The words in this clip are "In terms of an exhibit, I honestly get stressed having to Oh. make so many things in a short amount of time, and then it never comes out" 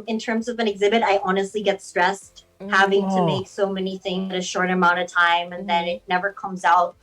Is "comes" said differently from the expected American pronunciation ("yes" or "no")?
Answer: no